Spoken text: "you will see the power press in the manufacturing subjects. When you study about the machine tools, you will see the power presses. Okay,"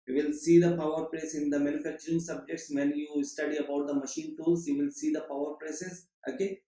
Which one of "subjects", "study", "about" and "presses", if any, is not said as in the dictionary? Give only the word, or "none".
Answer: presses